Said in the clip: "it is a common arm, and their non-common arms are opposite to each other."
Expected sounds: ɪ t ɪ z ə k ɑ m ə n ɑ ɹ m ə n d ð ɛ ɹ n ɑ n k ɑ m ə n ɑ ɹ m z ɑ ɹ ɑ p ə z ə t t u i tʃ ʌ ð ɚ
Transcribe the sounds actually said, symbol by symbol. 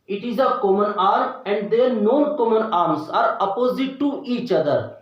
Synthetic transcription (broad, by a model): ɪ t ɪ z ə k ɑ m ə n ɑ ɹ ə n d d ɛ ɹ n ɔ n k ɑ m ə n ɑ ɹ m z ɑ ɹ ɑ p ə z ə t t u i tʃ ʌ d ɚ